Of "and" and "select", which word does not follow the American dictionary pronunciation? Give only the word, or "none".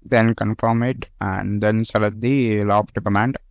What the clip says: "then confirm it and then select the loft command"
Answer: select